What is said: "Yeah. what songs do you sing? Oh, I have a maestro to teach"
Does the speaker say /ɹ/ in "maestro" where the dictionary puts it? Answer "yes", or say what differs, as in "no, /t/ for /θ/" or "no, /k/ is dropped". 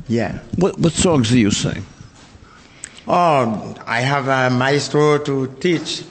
no, /ɹ/ is dropped